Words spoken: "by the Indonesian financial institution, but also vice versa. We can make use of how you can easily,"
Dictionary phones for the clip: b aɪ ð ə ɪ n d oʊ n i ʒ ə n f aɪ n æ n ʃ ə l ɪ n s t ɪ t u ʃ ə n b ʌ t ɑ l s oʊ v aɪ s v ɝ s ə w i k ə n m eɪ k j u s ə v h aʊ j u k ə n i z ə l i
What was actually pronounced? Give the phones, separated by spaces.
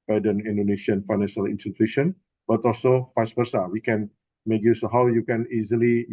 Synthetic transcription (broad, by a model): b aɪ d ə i n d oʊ n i ʃ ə n f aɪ n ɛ n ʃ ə l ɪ n s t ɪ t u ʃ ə n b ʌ t ɑ l s oʊ f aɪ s p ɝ s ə w i k ə n m eɪ k j u s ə h aʊ j u k ə n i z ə l i